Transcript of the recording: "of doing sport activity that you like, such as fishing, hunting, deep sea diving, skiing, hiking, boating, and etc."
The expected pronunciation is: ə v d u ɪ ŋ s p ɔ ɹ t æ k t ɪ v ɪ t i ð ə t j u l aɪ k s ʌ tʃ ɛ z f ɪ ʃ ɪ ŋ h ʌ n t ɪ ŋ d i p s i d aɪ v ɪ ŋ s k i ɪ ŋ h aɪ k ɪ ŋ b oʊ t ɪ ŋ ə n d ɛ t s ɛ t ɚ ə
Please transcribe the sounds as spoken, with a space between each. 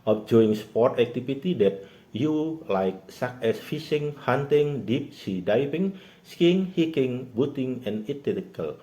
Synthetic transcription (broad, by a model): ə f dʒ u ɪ ŋ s p ɔ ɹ t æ k t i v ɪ t i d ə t j u l aɪ k s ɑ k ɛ s f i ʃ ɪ ŋ h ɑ n t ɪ ŋ d i p s i d aɪ p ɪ ŋ s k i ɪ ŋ h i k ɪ ŋ b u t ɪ ŋ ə n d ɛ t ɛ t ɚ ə